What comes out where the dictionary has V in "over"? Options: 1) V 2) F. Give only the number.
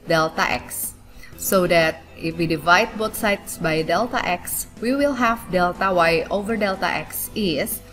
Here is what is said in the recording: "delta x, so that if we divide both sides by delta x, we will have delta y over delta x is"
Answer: 1